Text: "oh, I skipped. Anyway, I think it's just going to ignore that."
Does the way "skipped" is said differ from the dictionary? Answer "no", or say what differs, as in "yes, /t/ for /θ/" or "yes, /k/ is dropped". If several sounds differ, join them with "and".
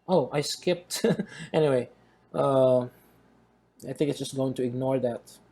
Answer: no